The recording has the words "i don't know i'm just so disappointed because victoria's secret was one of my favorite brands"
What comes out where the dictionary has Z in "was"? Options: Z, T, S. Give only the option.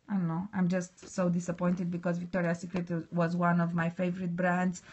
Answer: Z